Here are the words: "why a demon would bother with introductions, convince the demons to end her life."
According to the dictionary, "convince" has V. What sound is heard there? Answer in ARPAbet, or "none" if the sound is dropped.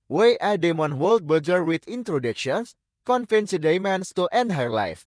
F